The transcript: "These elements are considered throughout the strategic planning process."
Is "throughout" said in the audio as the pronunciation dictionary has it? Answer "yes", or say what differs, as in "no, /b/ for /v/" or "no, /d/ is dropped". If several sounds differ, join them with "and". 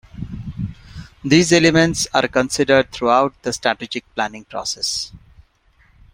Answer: no, /t/ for /θ/